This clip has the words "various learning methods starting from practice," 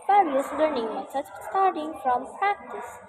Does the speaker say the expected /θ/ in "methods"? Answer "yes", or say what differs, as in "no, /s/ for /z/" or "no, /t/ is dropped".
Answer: no, /s/ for /θ/